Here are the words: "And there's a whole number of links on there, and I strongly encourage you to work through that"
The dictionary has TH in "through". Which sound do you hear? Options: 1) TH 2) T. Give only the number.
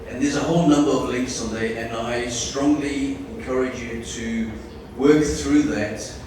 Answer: 1